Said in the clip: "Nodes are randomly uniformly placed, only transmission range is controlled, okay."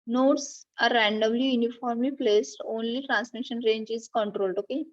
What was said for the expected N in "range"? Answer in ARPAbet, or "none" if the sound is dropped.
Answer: N